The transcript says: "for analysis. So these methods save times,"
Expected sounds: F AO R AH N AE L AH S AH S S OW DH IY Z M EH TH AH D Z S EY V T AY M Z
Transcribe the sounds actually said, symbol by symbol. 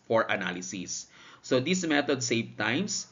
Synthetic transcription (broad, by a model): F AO R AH N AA L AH S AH S S OW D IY S M EH T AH D S EY V T AY M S